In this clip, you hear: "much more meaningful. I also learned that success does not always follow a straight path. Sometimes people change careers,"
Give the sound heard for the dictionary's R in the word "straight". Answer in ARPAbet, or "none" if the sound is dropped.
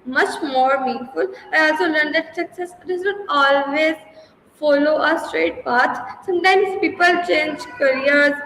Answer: R